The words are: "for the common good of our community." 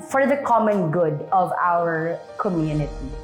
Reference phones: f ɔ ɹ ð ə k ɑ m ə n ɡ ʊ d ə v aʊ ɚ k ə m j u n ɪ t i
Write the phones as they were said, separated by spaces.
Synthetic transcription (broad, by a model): f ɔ ɹ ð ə k ɑ m ə n ɡ ʊ d ə v aʊ ɚ k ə m j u n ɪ t i